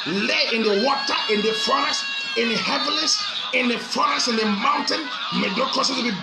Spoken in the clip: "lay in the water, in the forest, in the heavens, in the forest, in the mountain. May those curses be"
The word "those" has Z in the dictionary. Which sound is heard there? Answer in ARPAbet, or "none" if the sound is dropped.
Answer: none